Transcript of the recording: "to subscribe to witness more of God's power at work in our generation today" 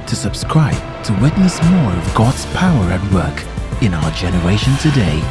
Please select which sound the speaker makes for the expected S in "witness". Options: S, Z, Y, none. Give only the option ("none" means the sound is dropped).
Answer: S